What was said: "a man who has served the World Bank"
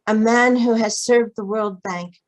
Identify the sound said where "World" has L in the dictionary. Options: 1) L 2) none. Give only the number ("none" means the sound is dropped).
1